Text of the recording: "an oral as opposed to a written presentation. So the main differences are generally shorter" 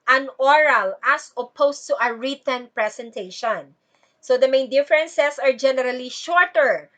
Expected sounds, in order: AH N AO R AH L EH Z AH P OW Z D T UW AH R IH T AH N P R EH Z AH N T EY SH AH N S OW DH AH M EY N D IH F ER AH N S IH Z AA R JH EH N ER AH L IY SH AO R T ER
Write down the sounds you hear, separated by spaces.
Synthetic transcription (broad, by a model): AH N AO R AH L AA S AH P OW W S T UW AH R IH T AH N P R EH S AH N T EY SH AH N S OW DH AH M EY N D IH F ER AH N S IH S AA R JH EH N ER AH L IY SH AO R T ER